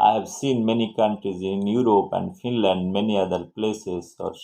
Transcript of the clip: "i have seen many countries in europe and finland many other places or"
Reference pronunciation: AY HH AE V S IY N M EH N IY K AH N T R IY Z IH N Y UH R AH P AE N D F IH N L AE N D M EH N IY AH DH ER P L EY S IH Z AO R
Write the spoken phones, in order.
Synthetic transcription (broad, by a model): AY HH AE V S IY N M EH N IY K AH N T R IY Z IH N Y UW R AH P AE N D F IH N L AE N D M EH N IY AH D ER P L EY S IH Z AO R